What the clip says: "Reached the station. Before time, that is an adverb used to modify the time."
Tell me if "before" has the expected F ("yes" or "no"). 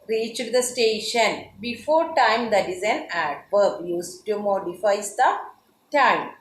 yes